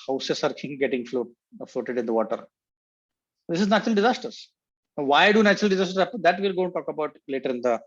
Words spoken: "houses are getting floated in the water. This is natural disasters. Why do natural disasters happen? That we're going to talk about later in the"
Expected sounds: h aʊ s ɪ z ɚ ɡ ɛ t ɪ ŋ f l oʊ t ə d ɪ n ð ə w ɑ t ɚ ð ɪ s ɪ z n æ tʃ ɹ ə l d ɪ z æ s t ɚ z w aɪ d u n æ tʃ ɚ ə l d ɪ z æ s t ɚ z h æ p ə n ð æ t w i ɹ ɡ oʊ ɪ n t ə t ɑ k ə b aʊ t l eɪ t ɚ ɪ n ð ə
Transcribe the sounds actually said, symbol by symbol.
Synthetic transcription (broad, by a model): h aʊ s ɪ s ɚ ɡ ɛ t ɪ ŋ f l oʊ t ə d ɪ n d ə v ɑ t ɚ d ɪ s ɪ z n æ tʃ ɹ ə l d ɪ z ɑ s t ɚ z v aɪ d u n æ tʃ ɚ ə l d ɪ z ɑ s t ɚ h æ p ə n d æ t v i l ɡ oʊ ɪ n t t ɑ k ə b aʊ t l eɪ t ɚ ɪ n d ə